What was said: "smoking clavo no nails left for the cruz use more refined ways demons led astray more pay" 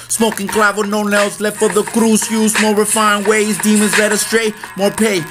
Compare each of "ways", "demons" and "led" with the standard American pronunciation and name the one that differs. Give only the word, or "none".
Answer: none